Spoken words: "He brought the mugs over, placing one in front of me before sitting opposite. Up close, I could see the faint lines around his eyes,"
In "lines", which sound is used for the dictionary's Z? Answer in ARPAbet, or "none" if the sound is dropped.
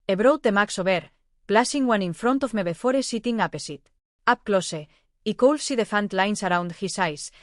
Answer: S